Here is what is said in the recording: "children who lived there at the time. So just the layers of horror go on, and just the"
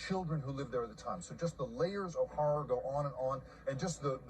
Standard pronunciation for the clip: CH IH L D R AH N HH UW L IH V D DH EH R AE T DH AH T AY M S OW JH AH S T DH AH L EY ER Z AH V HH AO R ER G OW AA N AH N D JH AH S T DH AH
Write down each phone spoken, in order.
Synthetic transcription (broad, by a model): CH IH L D R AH N HH UW L IH V DH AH R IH T DH AH T AY M S OW JH AH S T DH AH L EY ER Z AH V HH AO R ER G OW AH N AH N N JH AH S T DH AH